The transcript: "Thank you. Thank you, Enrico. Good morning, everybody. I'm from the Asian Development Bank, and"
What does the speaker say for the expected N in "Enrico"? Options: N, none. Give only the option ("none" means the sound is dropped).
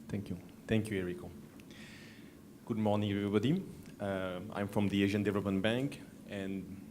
none